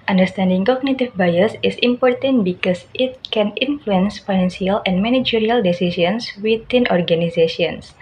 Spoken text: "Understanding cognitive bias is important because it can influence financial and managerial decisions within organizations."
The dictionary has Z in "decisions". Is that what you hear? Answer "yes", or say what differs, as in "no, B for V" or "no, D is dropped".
no, S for Z